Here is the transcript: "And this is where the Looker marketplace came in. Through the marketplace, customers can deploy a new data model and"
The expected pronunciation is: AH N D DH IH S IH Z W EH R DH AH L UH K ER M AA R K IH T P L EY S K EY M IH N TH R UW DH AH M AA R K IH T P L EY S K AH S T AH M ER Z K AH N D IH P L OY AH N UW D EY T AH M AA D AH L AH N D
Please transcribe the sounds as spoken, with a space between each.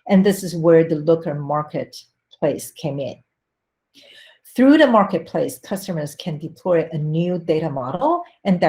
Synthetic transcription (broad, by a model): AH N DH IH S IH Z W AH R DH AH L UH K ER M AA R K IH T P L EY S K EY M IH N TH R UW DH AH M AA R K IH T P L EY S K AH S T AH M ER Z K AH N D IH P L OY AH N UW D EY T AH M AA D L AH N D